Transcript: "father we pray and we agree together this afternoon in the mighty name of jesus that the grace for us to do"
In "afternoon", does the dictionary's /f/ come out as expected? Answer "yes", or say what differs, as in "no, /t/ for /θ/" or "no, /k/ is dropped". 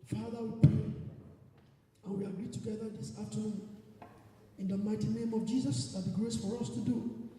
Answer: no, /f/ is dropped